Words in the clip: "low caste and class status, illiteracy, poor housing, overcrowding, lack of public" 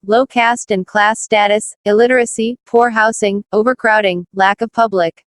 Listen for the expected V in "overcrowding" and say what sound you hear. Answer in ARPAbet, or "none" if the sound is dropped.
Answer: V